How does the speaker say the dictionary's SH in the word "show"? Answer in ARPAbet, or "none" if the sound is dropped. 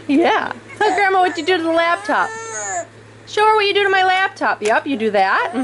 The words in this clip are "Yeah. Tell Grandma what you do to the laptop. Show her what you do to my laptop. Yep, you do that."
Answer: SH